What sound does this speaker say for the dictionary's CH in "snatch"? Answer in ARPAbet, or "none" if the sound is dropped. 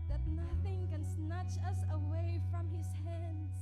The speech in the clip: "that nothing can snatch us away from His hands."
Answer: CH